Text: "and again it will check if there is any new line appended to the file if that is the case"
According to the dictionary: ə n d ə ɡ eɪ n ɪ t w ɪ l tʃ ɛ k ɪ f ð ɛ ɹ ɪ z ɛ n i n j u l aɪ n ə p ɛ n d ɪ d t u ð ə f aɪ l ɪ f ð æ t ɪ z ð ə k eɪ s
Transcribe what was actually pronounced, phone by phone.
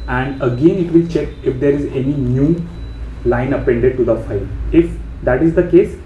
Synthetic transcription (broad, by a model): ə n d ə ɡ eɪ n ɪ t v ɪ l tʃ ɛ k ɪ f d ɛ ɹ ɪ z ɛ n i n j u l aɪ n ə p ɛ n d ɪ d t u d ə f aɪ l ɪ f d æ t ɪ z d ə k eɪ s